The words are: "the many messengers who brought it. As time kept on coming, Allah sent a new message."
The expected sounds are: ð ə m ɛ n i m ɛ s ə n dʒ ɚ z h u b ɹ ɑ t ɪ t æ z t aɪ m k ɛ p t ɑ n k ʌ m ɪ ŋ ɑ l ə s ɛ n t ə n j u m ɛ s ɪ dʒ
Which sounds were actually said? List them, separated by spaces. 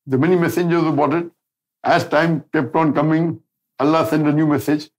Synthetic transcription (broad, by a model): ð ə m ɛ n i m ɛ s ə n dʒ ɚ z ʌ b ɑ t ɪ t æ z t aɪ m k ɛ p t ɑ n k ʌ m ɪ ŋ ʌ l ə s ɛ n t ə n j u m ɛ s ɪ dʒ